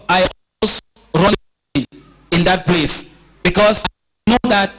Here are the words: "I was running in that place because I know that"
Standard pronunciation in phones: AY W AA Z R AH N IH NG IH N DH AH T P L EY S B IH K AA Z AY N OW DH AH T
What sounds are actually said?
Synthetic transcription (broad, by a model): AY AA S R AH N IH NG IH N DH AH T P L EY S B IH K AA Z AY N OW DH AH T